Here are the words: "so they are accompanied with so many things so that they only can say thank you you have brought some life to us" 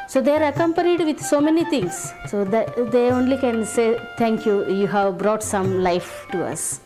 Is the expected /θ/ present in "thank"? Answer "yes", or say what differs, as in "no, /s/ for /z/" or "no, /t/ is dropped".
no, /t/ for /θ/